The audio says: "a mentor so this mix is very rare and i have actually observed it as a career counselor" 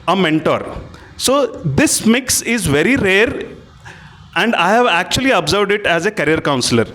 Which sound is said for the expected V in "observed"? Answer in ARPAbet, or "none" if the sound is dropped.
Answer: V